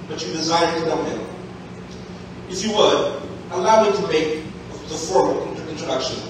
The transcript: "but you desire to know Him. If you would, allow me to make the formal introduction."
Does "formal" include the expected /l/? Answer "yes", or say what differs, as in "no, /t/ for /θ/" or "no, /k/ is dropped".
no, /n/ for /l/